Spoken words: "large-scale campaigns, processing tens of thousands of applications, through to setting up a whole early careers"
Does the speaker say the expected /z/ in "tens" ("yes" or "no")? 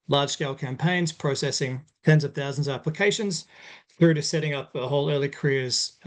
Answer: yes